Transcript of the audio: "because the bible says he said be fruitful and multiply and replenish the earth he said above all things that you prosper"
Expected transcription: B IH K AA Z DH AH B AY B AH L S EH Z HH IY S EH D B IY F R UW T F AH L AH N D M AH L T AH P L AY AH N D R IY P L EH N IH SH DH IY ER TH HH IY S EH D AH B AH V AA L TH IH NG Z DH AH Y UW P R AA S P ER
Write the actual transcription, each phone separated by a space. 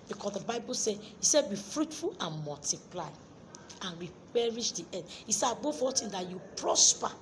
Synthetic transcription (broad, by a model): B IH K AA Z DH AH B AY B AH L S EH HH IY S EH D B IY F R UW T F AH L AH N M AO L T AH P L AY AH N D R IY P EH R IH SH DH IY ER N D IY S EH AH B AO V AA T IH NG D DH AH Y UW P R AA S P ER